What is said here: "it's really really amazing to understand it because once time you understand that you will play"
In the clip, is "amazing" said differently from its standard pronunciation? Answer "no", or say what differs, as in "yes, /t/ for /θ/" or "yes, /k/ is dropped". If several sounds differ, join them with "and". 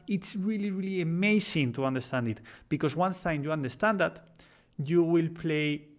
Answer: yes, /s/ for /z/